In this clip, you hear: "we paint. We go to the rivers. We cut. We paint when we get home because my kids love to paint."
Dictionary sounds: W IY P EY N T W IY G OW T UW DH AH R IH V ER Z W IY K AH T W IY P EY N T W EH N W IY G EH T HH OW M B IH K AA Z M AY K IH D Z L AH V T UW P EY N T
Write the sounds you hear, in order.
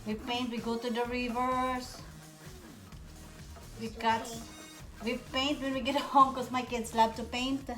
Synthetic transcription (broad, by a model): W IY P EY N T W IY G OW T UW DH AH R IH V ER S W IY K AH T W IY P EY N T W EH N W IY G EH T HH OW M K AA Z M AY K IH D S L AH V T UW P EY N T